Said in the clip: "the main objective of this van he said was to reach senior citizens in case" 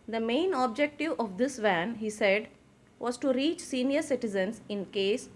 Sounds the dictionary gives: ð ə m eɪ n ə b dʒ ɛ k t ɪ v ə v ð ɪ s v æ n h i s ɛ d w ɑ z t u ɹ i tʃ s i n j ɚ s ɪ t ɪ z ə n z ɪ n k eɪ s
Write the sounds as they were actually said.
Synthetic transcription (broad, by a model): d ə m eɪ n ə b dʒ ɛ k t ɪ v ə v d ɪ s v æ n h i s ɛ d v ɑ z t u ɹ i tʃ s i n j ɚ s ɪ t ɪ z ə n s ɪ n k eɪ s